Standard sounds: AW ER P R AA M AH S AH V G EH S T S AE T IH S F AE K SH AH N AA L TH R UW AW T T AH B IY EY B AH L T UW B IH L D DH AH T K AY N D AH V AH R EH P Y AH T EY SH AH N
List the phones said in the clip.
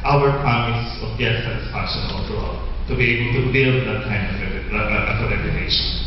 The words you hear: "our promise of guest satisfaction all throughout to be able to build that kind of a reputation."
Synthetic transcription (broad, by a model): AW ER P R AA M AH S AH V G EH T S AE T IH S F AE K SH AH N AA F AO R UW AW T T AH B IY EY B AH L T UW B IH L D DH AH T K AY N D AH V AH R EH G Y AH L EY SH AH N